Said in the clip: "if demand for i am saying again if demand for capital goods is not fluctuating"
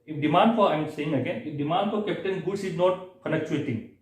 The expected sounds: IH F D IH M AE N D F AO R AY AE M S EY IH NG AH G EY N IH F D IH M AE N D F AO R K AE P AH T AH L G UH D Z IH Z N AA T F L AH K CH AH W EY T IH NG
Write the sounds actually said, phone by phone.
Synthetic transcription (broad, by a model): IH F D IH M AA N D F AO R AY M S EY IH NG AH G EY N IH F D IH M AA N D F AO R K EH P T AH N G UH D S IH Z N AA T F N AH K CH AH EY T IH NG